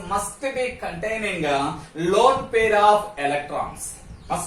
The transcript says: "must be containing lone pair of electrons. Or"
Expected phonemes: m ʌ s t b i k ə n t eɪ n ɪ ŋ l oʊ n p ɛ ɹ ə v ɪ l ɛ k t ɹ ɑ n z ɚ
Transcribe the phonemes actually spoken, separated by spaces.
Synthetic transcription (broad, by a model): m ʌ s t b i k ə n t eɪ n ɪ ŋ l oʊ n p ɛ ɹ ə p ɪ l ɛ k t ɹ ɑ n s